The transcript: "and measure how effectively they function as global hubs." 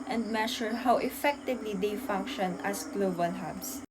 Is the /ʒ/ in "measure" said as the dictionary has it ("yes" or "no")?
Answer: no